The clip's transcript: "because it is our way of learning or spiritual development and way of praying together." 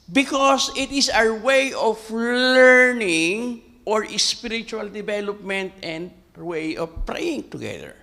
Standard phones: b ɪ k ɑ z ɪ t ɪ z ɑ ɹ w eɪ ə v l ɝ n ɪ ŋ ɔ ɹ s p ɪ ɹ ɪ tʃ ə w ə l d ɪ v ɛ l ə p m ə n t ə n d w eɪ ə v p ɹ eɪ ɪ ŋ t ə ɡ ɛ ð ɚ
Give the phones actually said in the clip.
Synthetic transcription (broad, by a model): b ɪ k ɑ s ɪ t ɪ s ɑ ɹ w eɪ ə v l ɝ n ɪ ŋ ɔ ɹ s p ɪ ɹ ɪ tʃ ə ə l d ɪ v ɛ l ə p m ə n t ə n d w eɪ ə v p ɹ eɪ ɪ ŋ t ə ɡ ɛ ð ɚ